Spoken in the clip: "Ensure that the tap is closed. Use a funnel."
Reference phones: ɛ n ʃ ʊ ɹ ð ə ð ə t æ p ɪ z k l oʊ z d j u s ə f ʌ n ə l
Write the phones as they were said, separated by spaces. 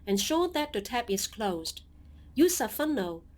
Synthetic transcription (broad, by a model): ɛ n ʃ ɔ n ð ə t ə t æ p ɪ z k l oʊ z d j u s ə f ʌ n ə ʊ